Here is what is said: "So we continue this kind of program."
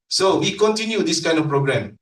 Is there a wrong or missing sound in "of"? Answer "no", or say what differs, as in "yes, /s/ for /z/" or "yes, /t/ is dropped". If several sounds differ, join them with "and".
yes, /f/ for /v/